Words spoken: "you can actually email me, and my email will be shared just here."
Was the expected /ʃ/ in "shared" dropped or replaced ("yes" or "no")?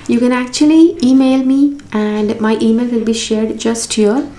no